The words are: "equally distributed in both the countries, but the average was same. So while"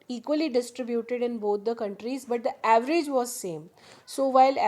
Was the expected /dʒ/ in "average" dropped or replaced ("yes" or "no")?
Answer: no